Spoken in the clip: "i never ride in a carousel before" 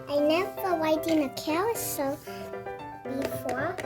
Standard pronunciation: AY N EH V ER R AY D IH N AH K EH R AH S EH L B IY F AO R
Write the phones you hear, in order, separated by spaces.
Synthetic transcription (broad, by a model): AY N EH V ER W AY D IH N AH K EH W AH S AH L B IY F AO